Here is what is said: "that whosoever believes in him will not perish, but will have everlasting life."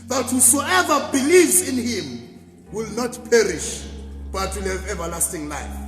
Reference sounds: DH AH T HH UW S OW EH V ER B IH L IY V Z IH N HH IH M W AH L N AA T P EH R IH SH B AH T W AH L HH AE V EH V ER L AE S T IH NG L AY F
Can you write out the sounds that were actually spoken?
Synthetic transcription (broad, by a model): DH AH T HH UW S OW EH V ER B IH L IY V Z IH N HH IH M W AH L N AA T P EH R IH SH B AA T W AH L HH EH V EH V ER L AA S T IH NG L AY F